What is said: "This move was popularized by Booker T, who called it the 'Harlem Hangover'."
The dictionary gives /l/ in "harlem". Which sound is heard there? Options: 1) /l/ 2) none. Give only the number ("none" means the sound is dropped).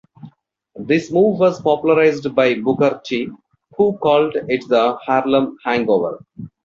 1